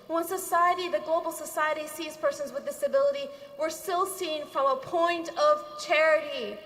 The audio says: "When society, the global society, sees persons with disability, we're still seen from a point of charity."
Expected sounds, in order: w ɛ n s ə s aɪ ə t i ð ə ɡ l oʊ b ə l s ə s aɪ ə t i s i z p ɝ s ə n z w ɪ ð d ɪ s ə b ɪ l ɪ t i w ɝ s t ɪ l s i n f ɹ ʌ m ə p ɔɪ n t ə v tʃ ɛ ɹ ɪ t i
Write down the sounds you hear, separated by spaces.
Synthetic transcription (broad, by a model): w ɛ n s ə s aɪ ə t i ð ə ɡ l oʊ b l s ə s aɪ ə t i s i z p ɝ s ə n z w ɪ ð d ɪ s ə b ɪ l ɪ t i w ɝ s t ɪ l s i n f ɹ ʌ m ə p ɔɪ n t ə v tʃ ɛ ɹ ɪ t i